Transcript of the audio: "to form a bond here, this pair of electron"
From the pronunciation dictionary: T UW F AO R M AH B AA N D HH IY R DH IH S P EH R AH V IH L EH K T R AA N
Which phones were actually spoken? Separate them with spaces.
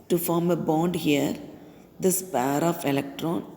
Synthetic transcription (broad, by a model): T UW F AO R M AH B AA N D HH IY R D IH S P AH R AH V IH L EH K T R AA N